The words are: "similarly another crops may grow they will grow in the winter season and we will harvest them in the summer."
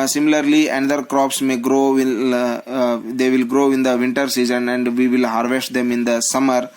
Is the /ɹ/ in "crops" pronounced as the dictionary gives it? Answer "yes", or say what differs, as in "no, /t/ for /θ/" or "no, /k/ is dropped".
yes